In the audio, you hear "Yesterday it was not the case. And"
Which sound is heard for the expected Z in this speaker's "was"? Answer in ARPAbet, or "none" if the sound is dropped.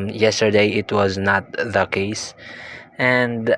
Z